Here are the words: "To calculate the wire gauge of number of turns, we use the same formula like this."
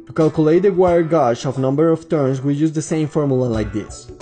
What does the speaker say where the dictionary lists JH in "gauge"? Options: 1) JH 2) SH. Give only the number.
2